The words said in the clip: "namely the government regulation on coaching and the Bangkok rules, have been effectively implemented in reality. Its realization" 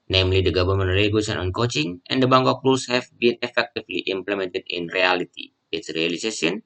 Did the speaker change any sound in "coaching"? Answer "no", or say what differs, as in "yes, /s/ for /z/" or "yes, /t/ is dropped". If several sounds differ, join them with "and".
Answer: no